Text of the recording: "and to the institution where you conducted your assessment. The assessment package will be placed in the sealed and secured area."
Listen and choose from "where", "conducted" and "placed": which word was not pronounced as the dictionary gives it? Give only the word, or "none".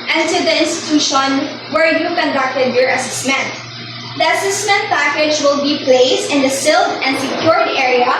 none